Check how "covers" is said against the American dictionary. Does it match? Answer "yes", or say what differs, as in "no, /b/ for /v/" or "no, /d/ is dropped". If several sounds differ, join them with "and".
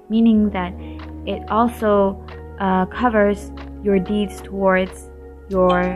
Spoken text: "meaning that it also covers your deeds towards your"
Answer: yes